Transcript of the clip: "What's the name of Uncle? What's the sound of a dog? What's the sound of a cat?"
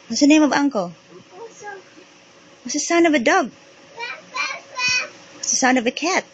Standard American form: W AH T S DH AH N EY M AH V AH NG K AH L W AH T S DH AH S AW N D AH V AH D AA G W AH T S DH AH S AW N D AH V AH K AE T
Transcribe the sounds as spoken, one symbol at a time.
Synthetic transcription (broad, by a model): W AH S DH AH N EY M AH V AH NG K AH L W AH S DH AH S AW N AH V AH D AA G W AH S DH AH S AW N AH V AH K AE T